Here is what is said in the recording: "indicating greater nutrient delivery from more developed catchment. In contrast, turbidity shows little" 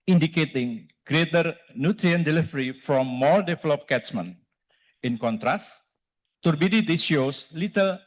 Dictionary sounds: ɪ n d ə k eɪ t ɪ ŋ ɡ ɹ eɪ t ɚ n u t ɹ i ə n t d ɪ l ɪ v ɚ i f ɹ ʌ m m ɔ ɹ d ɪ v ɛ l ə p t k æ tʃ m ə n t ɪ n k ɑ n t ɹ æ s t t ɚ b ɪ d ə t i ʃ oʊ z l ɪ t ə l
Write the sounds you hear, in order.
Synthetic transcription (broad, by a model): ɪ n d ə k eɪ t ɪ ŋ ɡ ɹ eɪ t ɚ n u t ɹ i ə n d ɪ l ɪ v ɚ i f ɹ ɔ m m ɔ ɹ d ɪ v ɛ l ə p k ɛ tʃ m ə n ɪ n k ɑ n t ɹ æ s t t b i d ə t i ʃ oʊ s l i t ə l